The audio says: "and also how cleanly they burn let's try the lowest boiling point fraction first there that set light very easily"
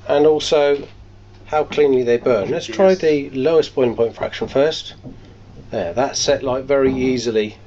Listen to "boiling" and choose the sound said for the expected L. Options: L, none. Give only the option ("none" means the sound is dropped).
none